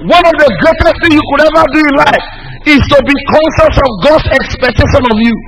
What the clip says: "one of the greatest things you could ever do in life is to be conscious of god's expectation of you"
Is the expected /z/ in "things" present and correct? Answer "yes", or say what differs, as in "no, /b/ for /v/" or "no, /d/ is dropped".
no, /z/ is dropped